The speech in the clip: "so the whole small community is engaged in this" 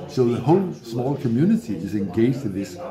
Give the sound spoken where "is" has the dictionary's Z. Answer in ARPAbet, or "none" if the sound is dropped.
Z